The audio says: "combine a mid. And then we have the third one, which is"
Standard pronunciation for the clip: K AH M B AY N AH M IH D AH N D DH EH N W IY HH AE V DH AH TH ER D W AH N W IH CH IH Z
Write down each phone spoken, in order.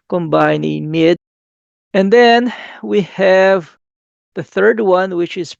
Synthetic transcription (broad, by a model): K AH M B AY N AH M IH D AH N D DH EH N W IY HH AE V DH AH TH ER D W AH N W IH CH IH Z